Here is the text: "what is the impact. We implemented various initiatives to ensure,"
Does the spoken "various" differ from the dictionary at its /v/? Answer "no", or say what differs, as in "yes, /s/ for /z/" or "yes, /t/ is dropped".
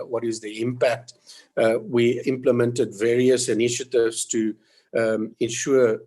no